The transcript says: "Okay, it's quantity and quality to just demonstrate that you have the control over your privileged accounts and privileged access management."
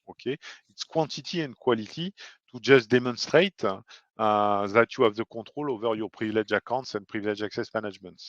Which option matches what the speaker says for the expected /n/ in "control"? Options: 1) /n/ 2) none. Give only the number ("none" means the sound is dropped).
2